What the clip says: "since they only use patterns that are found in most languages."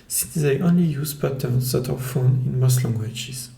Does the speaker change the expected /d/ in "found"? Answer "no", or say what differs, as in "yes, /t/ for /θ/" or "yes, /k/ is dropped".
yes, /d/ is dropped